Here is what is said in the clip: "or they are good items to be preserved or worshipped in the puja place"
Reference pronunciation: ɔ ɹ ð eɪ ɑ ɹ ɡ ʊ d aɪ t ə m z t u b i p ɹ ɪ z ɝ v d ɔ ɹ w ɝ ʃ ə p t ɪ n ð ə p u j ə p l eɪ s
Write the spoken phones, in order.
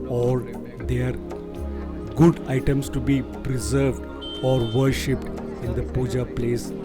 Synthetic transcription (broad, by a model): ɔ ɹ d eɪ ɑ ɹ ɡ ʊ d aɪ t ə m s t u b i p ɹ ɪ z ɝ v d ɔ ɹ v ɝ ʃ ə p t ɪ n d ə p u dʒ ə p l eɪ s